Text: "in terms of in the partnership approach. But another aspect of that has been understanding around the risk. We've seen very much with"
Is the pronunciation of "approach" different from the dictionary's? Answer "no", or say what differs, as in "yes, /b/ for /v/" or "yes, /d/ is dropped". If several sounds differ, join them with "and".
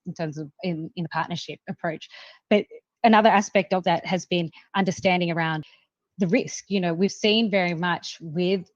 no